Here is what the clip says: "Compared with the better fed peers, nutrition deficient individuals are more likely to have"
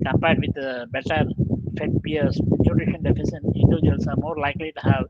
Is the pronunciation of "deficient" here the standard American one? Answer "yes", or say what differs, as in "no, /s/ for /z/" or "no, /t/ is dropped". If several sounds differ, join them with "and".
no, /s/ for /ʃ/